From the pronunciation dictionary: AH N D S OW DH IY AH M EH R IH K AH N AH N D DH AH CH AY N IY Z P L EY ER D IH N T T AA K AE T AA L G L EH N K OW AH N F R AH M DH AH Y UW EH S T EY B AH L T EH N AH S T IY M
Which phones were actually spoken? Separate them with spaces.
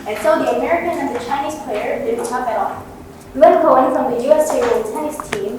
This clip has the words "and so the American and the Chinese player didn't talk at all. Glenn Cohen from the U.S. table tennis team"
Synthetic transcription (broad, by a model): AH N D S OW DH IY AH M EH R IH K AH N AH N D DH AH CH AY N IY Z P L EY ER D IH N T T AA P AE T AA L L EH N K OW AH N F R AH M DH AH Y UW EH S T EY AH N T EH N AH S T IY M